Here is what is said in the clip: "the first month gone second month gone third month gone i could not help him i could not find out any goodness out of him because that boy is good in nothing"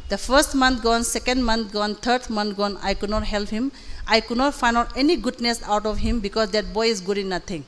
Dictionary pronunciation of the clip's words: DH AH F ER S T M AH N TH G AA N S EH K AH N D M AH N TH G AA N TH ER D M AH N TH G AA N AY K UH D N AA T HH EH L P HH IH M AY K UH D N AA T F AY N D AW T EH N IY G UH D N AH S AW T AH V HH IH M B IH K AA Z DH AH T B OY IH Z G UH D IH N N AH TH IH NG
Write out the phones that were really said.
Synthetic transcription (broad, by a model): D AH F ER S T M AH N T G AA N S EH K AH N D M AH N T G AA N T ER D M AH N T G AA N AY K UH D N AA T HH EH L P HH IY M AY K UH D N AA T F AY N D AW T EH N IY G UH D N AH S AW T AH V HH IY M B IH K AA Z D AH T B OY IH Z G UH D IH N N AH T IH NG